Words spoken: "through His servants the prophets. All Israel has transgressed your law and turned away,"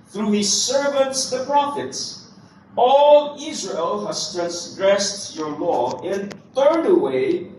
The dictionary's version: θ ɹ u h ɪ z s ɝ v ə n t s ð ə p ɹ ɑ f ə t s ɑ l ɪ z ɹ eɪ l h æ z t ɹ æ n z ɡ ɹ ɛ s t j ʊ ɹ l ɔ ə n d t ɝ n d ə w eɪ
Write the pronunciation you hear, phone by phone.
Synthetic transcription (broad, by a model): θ ɹ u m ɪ s ɝ v ə n t s ð ə p ɹ ɑ f ə t s ɑ l ɪ z ɹ eɪ l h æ s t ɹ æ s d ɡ ɹ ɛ s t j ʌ ɹ l ɔ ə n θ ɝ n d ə w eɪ